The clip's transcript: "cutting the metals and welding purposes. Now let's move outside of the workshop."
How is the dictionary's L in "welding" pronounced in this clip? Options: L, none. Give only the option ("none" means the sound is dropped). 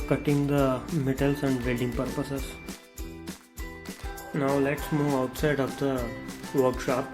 none